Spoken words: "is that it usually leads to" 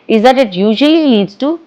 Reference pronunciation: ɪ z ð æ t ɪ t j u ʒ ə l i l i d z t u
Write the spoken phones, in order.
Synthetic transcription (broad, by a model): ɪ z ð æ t ɪ t j u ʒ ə l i n i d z t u